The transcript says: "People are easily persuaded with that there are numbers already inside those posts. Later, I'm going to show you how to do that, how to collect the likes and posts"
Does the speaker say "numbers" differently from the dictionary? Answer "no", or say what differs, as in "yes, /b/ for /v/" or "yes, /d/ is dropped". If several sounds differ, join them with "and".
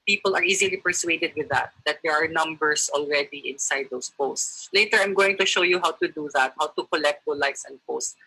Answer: yes, /s/ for /z/